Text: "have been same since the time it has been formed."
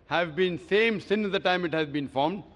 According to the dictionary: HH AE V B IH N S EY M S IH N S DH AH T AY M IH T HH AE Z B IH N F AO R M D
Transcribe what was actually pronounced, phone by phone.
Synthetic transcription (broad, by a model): HH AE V B IH N S EY M S IH N S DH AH T AY M IH T HH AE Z B IH N F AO R M D